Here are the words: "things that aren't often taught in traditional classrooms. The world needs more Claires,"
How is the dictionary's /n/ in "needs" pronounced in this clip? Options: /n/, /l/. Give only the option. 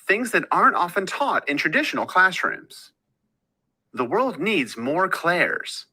/n/